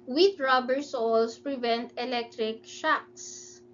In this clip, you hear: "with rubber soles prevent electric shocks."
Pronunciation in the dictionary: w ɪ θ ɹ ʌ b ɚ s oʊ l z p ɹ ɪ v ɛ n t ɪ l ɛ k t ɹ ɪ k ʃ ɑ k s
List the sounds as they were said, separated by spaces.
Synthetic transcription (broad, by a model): w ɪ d ɹ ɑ b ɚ s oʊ l s p ɹ ɪ v ɛ n t ɪ l ɛ k t ɹ ɪ k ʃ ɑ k s